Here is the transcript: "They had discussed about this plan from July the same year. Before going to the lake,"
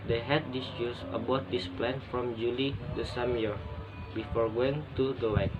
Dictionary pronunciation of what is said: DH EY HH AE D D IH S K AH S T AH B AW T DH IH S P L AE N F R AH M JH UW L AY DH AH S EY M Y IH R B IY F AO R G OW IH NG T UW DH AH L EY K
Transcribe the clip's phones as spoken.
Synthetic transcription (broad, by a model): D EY HH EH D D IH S UW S AH B AW T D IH S P L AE N F R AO M JH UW L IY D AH S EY M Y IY R B IY F AO R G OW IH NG T UW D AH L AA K